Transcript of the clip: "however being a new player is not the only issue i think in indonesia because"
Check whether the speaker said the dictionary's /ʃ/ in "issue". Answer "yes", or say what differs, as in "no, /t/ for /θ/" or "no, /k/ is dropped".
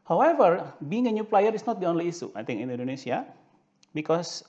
no, /s/ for /ʃ/